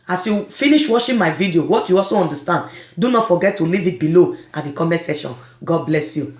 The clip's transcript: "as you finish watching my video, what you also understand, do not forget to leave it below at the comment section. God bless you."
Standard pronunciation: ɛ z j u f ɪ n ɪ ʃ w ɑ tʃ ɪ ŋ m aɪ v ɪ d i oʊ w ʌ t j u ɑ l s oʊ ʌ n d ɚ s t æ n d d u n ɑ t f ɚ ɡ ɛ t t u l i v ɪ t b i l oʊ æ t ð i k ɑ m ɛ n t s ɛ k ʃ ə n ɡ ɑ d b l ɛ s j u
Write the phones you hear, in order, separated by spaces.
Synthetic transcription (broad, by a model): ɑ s j u f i n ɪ ʃ w ɑ ʃ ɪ m aɪ v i d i oʊ w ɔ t j u ɑ l s oʊ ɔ n d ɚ s t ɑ n d d u n ɑ t f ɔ ɡ ɛ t t u l i v ɪ t b i l oʊ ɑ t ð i k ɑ m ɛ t s ɛ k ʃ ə n ɡ ɑ d b l ɛ s j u